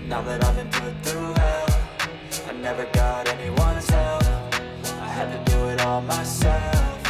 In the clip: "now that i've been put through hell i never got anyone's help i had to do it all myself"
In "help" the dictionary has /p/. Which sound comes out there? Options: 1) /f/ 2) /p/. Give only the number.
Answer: 1